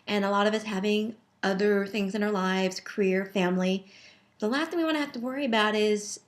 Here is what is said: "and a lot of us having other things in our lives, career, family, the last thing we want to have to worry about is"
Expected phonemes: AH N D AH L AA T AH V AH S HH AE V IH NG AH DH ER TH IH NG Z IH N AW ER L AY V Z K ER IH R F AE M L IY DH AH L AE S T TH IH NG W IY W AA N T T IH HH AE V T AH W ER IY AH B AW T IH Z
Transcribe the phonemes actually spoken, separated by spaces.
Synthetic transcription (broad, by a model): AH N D AH L AA T AH V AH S HH AE V IH NG AH DH ER TH IH NG Z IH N AW ER L AY V Z K ER IH R F AE M L IY DH AH L AE S T TH IH NG W IY W AA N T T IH HH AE F T AH W ER IY AH B AW T IH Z